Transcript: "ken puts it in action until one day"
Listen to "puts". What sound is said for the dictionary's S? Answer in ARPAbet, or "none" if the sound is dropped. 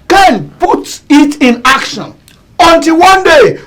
none